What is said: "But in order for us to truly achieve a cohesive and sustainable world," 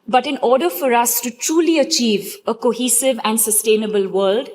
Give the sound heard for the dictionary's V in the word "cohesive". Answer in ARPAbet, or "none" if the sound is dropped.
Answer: V